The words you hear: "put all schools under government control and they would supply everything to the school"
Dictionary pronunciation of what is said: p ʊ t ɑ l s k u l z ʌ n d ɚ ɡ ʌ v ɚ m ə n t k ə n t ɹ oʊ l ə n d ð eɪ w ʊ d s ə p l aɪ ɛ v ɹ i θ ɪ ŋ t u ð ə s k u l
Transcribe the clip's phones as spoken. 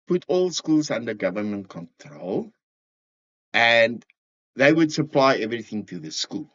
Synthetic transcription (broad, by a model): p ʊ t ɑ l s k u l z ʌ n d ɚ ɡ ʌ v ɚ m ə n t k ə n t ɹ oʊ l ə n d ð eɪ w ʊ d s ə p l aɪ ɛ v ɹ i θ ɪ ŋ t u ð ə s k u l